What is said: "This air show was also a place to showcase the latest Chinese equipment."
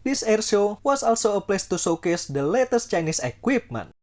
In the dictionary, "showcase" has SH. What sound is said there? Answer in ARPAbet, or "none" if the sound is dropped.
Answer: S